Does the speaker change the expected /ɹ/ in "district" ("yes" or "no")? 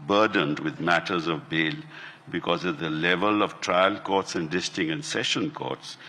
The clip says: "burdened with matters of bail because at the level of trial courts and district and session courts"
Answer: yes